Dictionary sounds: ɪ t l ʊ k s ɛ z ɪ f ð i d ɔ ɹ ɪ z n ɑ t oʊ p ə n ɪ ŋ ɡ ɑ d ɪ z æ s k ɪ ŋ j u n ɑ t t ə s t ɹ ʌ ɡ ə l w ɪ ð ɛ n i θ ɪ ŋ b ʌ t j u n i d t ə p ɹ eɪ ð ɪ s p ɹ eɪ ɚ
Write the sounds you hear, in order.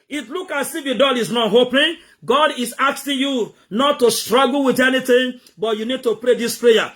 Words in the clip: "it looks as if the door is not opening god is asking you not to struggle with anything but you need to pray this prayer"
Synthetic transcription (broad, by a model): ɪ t l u k ɑ s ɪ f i d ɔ l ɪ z n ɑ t oʊ p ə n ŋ ɡ ɑ d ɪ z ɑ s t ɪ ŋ j u n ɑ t t ə s t ɹ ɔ ɡ l w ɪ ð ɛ n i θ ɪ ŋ b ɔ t j u n i d t ə p ɹ eɪ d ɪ s p ɹ eɪ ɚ